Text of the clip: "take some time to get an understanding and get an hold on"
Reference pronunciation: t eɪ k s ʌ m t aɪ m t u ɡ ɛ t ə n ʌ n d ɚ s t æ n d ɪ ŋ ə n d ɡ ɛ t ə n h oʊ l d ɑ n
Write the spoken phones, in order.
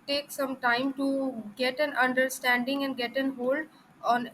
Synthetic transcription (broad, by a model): t eɪ k s ʌ m t aɪ m t u ɡ ɛ t ə n ʌ n d ɚ s t æ n d ɪ ŋ ə n d ɡ ɛ t ə n h oʊ l d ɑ n